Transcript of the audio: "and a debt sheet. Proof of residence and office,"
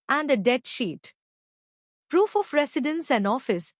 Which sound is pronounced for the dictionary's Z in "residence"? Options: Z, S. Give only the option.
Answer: S